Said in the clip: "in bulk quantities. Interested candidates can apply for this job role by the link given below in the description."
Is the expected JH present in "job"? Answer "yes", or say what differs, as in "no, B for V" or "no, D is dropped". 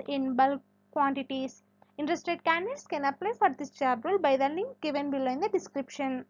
no, CH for JH